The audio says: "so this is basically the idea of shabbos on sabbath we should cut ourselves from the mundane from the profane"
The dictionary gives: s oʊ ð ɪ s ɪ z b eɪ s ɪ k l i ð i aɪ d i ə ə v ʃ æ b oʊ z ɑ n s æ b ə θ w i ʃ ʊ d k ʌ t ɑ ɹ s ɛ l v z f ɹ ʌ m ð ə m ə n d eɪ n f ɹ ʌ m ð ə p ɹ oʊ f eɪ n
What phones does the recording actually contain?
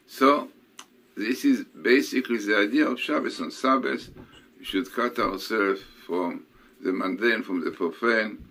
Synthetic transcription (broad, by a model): s oʊ ð ɪ s ɪ z b eɪ s ɪ k l i ð i aɪ d i ə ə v ʃ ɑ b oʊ s ɑ n s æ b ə s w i ʃ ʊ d k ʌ t ɑ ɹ s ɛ l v f ɹ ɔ m ð ə m ə n d eɪ n f ɹ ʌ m ð ə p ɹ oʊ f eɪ n